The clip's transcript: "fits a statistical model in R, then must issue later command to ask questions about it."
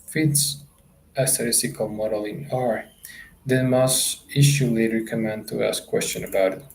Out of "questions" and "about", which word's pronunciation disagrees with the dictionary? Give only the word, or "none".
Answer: questions